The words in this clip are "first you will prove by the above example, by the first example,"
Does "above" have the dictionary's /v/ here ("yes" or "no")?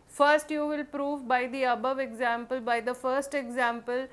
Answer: yes